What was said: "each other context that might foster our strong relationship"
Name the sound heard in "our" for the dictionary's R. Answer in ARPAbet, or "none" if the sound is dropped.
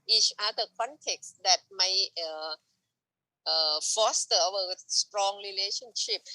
W